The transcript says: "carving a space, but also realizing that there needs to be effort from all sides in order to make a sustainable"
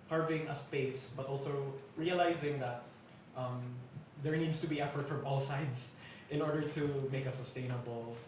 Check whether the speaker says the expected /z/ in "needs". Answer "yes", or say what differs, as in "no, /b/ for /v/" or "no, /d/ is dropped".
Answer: no, /s/ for /z/